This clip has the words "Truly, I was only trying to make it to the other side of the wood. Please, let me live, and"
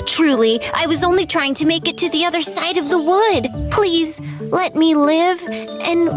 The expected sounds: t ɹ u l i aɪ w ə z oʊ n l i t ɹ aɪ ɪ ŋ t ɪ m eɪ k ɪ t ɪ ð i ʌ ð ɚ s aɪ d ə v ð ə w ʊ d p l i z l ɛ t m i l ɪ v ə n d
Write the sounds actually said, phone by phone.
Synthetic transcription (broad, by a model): t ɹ u l i aɪ w ə z oʊ n l i t ɹ aɪ ɪ ŋ t ɪ m eɪ k ɪ t ɪ ð i ʌ ð ɚ s aɪ d ə v ð ə w ʊ d p l i z l ɛ t m i l ɪ v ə n